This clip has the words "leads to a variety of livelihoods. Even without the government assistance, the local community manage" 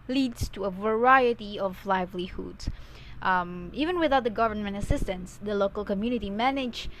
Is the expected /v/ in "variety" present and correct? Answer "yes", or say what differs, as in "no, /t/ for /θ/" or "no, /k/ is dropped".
yes